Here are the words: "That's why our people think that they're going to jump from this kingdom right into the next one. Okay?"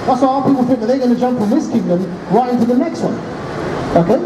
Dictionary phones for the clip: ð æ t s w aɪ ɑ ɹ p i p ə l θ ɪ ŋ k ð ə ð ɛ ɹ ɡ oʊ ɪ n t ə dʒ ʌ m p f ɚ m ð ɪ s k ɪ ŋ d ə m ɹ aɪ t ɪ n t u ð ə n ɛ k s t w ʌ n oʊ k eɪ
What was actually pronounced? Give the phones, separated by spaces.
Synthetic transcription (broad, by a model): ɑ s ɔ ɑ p i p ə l f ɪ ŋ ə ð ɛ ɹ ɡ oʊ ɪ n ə dʒ ʌ m p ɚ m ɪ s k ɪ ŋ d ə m ɹ aɪ t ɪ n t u ð ə n ɛ k s t w ʌ n oʊ k eɪ